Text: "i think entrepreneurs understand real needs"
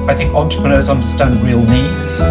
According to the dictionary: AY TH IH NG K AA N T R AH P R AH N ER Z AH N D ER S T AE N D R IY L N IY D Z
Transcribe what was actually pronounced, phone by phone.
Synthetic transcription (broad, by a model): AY TH IH NG K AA N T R AH P R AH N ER Z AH N D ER S T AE N D R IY L N IY D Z